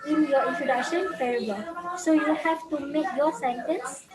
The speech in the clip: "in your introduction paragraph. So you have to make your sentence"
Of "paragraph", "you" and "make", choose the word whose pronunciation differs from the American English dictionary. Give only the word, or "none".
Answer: paragraph